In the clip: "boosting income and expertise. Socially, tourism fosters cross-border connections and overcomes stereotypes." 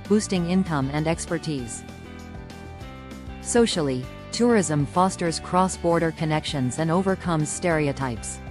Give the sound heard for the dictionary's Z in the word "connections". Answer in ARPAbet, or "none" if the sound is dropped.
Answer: Z